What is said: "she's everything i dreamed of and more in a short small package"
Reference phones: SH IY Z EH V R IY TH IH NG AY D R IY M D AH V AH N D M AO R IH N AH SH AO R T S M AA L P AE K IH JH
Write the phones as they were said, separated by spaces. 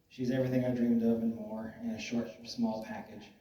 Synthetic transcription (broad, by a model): SH IY Z EH V R IY TH IH NG AY D R IY M D AH V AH N M AO R IH N AH SH AO R T S M AA L P AE K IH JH